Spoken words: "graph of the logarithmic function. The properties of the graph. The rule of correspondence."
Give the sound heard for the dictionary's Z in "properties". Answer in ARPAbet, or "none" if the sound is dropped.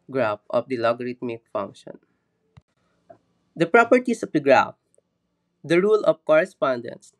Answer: S